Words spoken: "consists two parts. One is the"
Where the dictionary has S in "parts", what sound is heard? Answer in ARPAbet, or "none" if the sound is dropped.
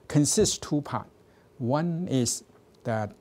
none